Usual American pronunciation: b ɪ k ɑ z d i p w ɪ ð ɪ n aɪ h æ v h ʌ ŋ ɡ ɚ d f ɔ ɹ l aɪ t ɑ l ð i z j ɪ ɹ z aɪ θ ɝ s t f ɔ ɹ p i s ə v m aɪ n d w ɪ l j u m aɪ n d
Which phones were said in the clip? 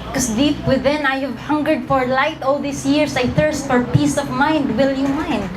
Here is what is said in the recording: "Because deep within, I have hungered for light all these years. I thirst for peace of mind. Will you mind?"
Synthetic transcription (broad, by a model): k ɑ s d i p w ɪ ð ɪ n aɪ h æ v h ʌ ŋ ɡ ɚ d f ɔ ɹ l aɪ t ɑ l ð i s j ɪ ɹ s aɪ θ ɝ s t f ɔ ɹ p i s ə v m aɪ n d w ɪ l j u m aɪ n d